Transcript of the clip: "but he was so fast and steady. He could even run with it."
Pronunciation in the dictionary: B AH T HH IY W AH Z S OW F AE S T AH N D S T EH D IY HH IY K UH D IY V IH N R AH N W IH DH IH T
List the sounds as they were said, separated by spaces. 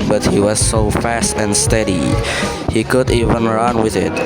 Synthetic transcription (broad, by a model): B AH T HH IY W AH Z S OW F AE S T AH N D S T EH D IY HH IY K UH D IY V IH N R AH N W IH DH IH T